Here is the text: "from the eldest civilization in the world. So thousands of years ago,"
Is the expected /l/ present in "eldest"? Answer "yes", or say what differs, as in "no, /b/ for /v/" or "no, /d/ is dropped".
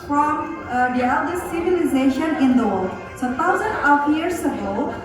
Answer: no, /l/ is dropped